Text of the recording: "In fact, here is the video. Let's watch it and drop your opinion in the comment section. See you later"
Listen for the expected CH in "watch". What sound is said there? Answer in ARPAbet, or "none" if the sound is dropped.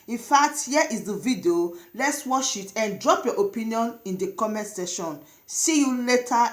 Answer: SH